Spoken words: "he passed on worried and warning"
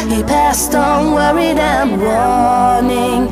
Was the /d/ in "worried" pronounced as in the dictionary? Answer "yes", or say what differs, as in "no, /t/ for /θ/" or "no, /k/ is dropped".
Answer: yes